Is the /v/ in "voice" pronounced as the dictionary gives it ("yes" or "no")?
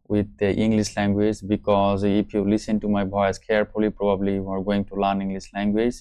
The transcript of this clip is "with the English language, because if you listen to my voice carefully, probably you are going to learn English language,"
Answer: no